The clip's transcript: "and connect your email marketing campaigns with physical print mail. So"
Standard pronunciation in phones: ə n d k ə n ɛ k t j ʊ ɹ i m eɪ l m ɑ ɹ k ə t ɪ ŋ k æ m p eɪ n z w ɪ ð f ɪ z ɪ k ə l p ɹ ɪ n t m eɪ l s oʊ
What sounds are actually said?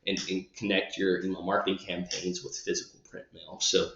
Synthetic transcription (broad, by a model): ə n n k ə n ɛ k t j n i ʊ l m ɑ ɹ k ə t ɪ ŋ k æ m p eɪ n z w ɪ ð f ɪ z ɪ k l p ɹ ɪ n m eɪ l s oʊ